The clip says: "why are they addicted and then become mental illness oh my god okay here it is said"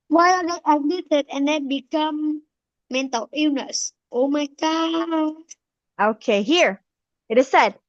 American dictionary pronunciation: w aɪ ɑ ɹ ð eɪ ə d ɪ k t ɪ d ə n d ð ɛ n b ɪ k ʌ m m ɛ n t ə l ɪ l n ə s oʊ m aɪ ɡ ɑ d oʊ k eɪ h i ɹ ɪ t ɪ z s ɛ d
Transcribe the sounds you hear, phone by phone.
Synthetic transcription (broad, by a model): w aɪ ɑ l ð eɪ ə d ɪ t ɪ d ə n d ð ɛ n b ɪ k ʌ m m ɛ n t ə l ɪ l n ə s oʊ m aɪ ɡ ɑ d oʊ k eɪ h i ɹ ɪ t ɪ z s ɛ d